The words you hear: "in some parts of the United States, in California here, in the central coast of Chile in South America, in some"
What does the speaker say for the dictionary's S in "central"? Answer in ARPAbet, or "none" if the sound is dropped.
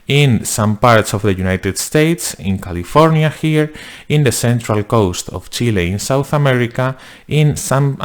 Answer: S